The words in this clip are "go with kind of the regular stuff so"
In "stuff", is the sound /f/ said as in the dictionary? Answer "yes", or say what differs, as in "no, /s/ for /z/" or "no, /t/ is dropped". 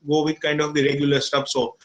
no, /p/ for /f/